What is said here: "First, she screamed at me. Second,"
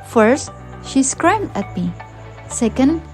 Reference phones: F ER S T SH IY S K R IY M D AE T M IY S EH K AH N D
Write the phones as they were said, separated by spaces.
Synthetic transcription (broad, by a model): F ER S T SH IY S K R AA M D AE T M IY S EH K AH N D